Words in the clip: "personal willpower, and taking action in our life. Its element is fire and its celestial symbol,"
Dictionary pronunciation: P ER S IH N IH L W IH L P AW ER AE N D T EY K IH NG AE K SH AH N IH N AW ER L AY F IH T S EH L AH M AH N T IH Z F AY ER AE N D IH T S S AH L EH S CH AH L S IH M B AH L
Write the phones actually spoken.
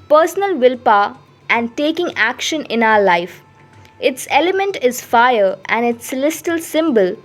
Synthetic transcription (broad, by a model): P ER S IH N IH L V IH L P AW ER AE N D T EY K IH NG AE K SH AH N IH N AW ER L AY F IH T S EH L AH M AH N T IH Z F AY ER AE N D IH T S S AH L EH S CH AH L S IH M B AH L